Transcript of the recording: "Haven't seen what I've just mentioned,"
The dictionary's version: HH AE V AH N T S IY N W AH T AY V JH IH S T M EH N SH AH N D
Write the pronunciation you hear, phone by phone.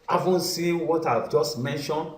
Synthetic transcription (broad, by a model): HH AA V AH N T S IY N W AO T AY V JH IH S T M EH N SH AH N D